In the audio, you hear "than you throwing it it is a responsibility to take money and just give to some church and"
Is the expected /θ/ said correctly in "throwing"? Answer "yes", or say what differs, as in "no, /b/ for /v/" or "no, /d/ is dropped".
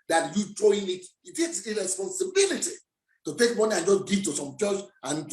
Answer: no, /t/ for /θ/